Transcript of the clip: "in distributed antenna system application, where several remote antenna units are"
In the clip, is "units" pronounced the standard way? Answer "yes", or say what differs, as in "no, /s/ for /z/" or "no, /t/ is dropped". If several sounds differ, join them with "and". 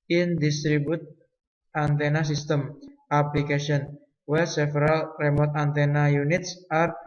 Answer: yes